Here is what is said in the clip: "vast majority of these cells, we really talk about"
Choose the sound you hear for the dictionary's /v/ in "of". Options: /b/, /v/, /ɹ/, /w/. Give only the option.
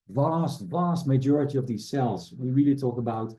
/v/